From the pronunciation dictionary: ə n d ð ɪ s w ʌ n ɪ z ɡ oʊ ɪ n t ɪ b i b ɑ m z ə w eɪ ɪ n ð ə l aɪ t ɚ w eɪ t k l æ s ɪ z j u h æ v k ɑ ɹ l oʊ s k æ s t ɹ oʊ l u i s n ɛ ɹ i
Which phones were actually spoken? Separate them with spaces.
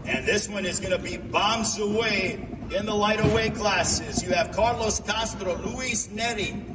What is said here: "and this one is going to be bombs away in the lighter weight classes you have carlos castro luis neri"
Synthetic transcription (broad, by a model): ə n ð ɪ s w ʌ n ɪ z ɡ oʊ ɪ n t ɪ b i b ɑ m z ə w eɪ ɪ n ð ə l aɪ t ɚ w eɪ k l æ s ɪ z j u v k ɑ ɹ l oʊ s k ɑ s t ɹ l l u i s n ɛ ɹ i